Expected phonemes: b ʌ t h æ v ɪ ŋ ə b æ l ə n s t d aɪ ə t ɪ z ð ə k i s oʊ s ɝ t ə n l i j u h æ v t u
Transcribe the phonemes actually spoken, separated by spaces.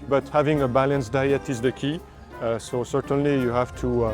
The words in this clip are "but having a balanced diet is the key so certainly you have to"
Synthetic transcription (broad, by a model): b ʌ t h æ v ɪ ŋ ə b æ l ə n s d aɪ ə t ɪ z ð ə k i s oʊ s ɝ t ə n l i j u h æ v t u